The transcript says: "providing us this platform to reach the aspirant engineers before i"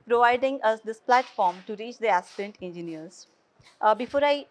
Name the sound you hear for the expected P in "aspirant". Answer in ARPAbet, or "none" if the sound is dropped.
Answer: none